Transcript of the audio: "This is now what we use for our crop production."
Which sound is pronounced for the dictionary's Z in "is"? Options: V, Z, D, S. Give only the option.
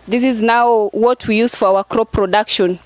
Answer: Z